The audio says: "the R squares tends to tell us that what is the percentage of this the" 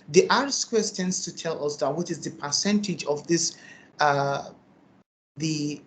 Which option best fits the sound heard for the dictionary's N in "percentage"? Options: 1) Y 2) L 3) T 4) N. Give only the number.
4